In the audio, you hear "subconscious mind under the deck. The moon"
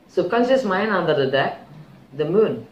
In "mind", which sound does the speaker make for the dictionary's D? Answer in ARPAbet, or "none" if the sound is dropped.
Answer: none